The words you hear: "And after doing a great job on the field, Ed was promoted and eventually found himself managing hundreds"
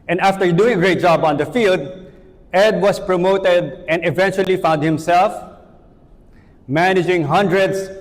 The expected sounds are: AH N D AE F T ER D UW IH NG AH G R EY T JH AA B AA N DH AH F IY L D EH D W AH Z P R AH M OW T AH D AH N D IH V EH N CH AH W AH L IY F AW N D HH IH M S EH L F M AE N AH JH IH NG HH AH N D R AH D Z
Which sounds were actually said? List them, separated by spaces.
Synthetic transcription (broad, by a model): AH N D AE F T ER D UW IH NG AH G R EY T JH AA B AA N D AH F IY L D EH D W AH S P R AH M OW T AH D AH N D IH V EH N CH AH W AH L IY F AW N D HH IH M S EH L F M AE N AH JH IH NG HH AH N D R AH D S